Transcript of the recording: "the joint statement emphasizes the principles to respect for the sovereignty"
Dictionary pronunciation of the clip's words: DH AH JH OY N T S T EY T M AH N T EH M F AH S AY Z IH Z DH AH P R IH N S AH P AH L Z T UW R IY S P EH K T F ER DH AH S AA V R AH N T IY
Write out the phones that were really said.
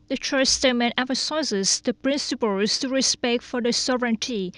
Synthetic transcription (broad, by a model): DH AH CH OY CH S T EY M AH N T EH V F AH S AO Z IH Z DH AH P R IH N S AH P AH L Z T UW R IY S P EH K T F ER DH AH S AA V R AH N T IY